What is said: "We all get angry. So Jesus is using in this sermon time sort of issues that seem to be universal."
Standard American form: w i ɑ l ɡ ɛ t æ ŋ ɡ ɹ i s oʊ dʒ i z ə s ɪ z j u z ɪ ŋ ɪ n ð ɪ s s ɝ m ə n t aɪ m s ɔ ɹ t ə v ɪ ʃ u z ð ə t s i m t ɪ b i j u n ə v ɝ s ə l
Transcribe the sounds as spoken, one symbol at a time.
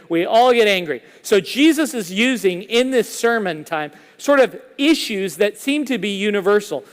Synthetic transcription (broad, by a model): w i ɑ l ɡ ɛ t æ ŋ ɡ ɹ i s oʊ dʒ i z ə s ɪ z j u z ɪ ŋ ɪ n ð ɪ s s ɝ m ə n t aɪ m s ɔ ɹ t ə v ɪ ʃ u z ð ə t s i m t ɪ b i j u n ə v ɝ s l